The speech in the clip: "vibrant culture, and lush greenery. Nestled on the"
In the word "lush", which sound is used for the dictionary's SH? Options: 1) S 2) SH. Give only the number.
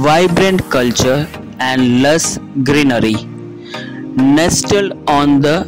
1